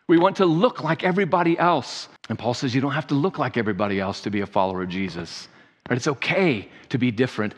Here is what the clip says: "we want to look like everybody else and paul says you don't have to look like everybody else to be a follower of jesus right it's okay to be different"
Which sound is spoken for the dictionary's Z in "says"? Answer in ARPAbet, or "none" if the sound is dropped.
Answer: Z